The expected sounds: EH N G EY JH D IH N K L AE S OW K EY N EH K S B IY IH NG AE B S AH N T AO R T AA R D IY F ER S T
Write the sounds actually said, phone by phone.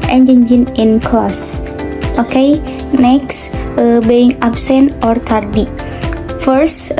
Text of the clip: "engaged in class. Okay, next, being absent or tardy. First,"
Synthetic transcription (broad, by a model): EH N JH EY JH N IH N K L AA S OW K EY N EH K S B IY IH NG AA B S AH N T AO R T AA R D IY F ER S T